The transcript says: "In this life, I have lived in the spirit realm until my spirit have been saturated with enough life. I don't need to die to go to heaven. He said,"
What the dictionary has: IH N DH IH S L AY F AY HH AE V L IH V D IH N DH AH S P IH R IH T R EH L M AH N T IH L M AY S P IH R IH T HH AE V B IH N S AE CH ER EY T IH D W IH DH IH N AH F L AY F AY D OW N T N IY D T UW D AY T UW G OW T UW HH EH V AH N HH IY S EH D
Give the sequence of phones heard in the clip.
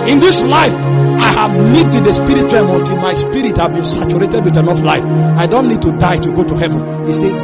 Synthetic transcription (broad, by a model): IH N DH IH S L AY F AY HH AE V N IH D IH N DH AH S P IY R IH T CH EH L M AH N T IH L M AY S P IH R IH T HH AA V B IH N S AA CH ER EY T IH D W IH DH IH N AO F L AY F AY D OW N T N IY D T UW D AY T UW G OW T UW HH EH V AH N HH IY S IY